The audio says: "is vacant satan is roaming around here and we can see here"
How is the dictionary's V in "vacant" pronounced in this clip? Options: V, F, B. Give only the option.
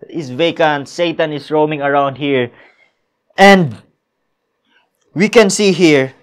V